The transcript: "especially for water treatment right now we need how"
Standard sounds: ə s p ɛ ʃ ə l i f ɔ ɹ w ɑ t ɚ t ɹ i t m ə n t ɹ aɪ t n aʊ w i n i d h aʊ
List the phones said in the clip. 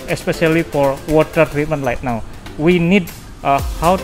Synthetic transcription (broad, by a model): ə s p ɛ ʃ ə l i f ɔ ɹ w ɑ t ɚ t ɹ i t m ə n t l aɪ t n aʊ w i n i d h aʊ